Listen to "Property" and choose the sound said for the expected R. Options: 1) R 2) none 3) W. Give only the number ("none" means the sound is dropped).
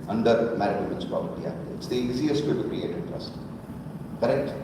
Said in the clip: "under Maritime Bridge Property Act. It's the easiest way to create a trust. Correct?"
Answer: 2